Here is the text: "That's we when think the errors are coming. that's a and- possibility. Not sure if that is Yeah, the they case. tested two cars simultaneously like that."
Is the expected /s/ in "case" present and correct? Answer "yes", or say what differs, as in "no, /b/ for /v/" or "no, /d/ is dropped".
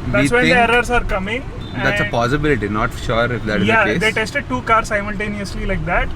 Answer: no, /s/ is dropped